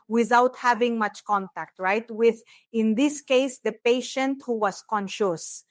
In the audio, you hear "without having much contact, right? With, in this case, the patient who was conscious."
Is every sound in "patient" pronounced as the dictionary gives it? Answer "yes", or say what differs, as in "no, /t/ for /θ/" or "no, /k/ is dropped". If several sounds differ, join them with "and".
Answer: yes